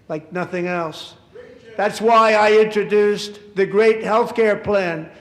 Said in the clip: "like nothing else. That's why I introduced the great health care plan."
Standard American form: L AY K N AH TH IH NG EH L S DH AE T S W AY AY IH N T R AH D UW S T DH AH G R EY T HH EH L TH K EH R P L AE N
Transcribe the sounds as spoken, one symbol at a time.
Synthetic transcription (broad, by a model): L AY K N AH TH IH NG EH L S DH AE T S W AY AY IH N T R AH D UW S DH AH G R EY T HH EH L TH K EH R P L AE N